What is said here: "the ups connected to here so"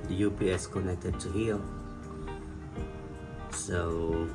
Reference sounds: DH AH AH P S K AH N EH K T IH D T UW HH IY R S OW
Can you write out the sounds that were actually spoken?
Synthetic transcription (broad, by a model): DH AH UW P S K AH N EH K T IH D T UW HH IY L S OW